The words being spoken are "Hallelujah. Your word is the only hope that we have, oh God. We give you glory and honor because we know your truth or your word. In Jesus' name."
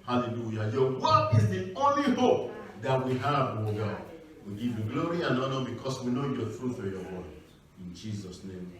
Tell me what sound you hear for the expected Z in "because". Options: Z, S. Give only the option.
S